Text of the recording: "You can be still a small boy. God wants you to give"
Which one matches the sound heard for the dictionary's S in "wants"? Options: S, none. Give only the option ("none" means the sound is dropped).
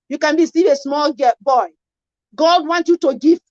none